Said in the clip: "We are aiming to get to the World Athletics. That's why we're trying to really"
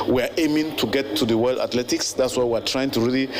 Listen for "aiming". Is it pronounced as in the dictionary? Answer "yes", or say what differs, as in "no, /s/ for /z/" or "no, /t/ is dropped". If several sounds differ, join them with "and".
yes